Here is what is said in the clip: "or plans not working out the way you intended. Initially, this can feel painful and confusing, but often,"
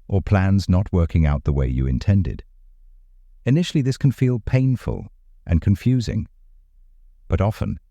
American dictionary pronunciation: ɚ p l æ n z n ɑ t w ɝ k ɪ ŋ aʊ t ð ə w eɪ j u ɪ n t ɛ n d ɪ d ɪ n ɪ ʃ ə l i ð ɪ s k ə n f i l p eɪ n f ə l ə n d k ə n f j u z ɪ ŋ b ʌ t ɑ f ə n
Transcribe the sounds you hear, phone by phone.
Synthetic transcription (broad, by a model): ɚ p l æ n z n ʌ t w ɝ k ɪ ŋ aʊ t ð ə w eɪ j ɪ ɪ n t ɛ n d ɪ d ɪ n ɪ ʃ l i ð ɪ s k n f i l p eɪ n f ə l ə n k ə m f j u z ɪ ŋ b ʌ t ɑ f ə n